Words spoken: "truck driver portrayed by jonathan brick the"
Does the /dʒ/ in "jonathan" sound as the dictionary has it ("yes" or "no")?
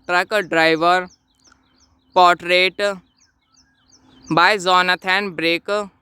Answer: no